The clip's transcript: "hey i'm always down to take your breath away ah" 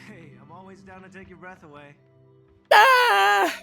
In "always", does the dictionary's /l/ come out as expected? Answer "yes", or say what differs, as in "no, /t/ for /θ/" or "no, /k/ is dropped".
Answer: yes